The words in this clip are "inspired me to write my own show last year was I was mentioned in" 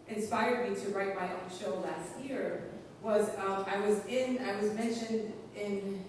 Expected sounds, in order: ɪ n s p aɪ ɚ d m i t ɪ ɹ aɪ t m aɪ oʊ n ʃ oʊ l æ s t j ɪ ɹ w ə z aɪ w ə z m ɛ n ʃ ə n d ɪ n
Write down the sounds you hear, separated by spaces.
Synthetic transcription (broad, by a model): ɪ n s p aɪ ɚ d m i t ɪ ɹ aɪ t m aɪ oʊ n ʃ oʊ l æ s t j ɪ ɹ w ə z aɪ w ə z m ɛ n ʃ ə n d ɪ n